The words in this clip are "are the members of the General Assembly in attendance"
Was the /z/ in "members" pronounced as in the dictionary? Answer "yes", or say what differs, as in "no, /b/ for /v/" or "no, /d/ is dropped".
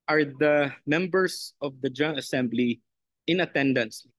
no, /s/ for /z/